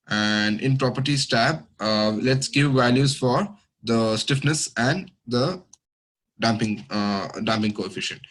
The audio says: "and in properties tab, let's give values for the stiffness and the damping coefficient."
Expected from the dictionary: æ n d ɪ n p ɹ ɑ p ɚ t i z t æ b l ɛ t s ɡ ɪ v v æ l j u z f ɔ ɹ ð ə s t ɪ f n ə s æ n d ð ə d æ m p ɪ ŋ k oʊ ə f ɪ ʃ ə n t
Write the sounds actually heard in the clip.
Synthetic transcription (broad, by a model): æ n d ɪ n p ɹ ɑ p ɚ t i s t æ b l ɛ t s ɡ ɪ v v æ l j u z f ɔ ɹ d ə s t ɪ f n ə s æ n d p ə d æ m p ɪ ŋ k oʊ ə f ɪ ʃ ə n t